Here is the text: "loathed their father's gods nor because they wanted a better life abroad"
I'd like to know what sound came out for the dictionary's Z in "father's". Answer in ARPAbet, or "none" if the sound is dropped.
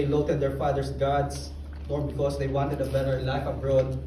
S